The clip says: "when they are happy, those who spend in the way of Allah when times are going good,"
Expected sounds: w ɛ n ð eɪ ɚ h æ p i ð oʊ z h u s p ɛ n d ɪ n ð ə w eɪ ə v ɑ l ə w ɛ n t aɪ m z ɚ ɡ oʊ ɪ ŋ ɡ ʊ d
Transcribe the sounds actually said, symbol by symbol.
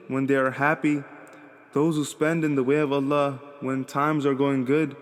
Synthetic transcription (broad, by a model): w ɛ n ð eɪ ɚ h æ p i ð oʊ z h u s p ɛ n d ɪ n ð ə w eɪ ə v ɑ l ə w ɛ n t aɪ m z ɚ ɡ oʊ ɪ ŋ ɡ ʊ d